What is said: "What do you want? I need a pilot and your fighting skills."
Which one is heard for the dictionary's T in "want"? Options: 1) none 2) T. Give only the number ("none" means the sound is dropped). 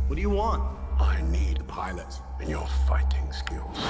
2